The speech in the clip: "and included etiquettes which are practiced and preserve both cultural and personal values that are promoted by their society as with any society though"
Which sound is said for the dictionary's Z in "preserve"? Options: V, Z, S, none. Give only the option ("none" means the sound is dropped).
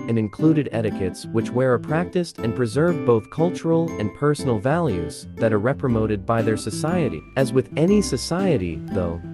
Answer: Z